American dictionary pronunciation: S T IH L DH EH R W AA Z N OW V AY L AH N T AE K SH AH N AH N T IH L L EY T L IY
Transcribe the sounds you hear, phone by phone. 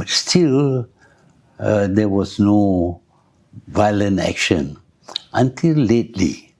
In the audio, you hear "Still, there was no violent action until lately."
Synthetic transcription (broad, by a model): S T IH L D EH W AA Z N OW V AY L AH N T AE K SH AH N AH N T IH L L EY T L IY